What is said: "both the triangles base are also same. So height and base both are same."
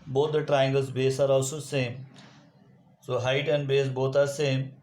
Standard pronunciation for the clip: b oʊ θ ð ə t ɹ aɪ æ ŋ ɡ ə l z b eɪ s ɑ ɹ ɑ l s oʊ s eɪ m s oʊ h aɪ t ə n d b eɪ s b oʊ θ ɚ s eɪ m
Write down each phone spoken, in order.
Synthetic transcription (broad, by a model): b oʊ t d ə t ɹ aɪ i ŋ ɡ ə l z b eɪ s ɑ ɹ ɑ s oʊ s eɪ m s oʊ h aɪ t ə n d b eɪ s b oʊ t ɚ s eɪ m